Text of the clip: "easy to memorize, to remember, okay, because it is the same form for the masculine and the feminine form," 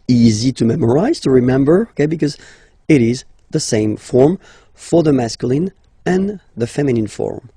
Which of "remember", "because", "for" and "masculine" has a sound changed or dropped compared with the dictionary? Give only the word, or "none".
none